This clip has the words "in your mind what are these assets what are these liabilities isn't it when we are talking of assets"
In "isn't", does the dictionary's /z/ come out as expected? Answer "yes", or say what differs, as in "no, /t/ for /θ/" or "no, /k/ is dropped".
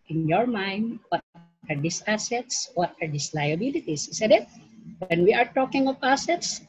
no, /s/ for /z/